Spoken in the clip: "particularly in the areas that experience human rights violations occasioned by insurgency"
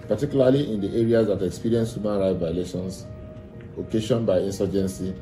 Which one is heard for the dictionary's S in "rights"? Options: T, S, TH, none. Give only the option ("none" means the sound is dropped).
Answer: none